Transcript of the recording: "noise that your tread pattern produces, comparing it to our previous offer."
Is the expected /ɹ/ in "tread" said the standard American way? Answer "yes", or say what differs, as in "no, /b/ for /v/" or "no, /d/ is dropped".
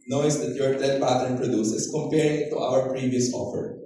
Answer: no, /ɹ/ is dropped